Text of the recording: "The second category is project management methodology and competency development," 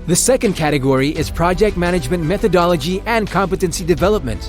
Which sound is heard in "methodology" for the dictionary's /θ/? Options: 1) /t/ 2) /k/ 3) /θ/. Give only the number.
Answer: 3